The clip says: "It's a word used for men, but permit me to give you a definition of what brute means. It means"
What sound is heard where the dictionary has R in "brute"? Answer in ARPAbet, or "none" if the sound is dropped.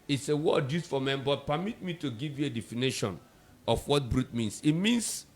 R